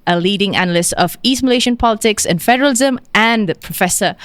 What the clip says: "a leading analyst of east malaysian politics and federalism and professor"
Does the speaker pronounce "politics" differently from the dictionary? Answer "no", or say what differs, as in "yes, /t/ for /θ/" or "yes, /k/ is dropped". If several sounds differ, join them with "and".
no